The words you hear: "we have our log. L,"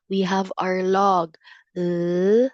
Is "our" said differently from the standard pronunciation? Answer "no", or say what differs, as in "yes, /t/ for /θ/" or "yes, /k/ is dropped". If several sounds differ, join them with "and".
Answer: no